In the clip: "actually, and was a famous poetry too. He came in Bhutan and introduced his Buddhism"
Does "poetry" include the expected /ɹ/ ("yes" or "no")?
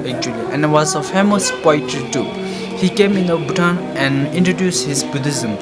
no